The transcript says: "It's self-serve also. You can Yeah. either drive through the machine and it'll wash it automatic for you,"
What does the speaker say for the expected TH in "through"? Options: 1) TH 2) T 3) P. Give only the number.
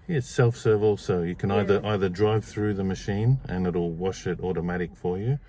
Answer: 1